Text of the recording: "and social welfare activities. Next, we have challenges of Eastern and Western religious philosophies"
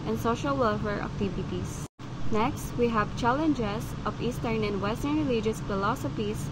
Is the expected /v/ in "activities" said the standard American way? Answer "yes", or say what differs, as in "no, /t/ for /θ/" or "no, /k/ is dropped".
no, /b/ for /v/